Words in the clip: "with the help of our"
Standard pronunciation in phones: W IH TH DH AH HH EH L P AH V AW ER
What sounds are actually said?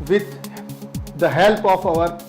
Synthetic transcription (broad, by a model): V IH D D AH HH EH L P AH F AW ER